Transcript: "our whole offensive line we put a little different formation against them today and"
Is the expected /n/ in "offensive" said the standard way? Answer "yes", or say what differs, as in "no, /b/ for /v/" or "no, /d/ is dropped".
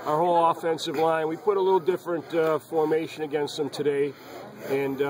yes